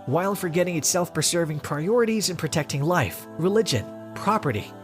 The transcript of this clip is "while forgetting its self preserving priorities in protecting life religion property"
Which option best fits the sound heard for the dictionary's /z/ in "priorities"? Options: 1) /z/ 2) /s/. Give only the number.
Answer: 1